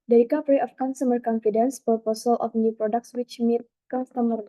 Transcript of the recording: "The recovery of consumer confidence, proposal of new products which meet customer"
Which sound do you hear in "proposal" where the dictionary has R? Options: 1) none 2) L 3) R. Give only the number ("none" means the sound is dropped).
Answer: 1